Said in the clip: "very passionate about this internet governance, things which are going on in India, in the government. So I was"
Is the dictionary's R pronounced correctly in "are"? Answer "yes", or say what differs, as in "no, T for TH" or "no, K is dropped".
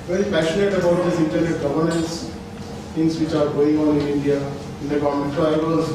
yes